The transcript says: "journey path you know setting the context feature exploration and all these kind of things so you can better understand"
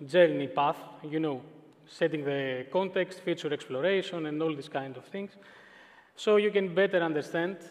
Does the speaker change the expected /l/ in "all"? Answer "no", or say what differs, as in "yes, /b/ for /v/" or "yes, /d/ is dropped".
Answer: no